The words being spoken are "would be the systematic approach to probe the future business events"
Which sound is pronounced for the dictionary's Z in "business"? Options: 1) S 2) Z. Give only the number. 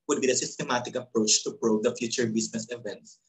1